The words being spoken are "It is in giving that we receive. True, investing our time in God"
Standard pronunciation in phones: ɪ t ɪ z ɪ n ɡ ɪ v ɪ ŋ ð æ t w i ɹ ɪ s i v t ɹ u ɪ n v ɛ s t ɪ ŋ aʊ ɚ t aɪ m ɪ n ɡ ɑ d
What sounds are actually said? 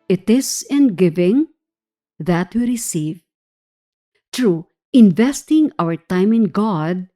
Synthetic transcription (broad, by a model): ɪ t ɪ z ɪ n ɡ ɪ v ɪ ŋ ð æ t w i ɹ ɪ s i v t ɹ u ɪ n v ɛ s t ɪ ŋ aʊ ɚ t aɪ m ɪ n ɡ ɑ d